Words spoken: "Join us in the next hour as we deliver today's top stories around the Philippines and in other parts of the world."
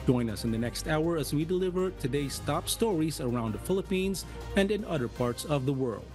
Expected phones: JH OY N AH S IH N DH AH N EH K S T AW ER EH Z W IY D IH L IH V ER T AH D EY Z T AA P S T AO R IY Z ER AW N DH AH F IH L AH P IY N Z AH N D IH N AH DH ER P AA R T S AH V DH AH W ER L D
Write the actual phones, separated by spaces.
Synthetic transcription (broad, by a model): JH OY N AH S IH N DH AH N EH K S T AW ER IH Z W IY D IH L IH V ER T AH D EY S T AA P S T AO R IY Z ER AW N DH AH F IH L AH P IY N Z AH N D IH N AH DH ER P AA R T S AH V DH AH W ER L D